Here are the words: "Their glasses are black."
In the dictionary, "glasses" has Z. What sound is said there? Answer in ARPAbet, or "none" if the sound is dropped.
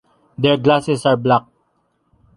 S